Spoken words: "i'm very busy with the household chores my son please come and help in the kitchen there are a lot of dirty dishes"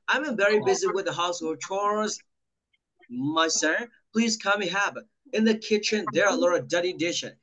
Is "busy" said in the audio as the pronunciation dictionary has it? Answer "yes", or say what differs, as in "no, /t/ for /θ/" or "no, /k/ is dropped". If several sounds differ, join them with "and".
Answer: yes